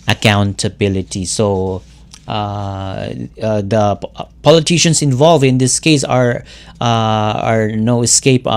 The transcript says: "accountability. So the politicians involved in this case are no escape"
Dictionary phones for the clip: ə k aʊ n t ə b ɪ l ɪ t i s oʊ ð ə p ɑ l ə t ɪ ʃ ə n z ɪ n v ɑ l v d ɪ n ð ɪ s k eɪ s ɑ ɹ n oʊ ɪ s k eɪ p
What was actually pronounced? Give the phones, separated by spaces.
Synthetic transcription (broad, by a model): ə k aʊ n t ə b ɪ l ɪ t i s oʊ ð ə p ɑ l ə t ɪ ʃ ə n s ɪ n v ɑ l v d ɪ n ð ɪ s k eɪ s ɑ ɹ n oʊ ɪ s k eɪ p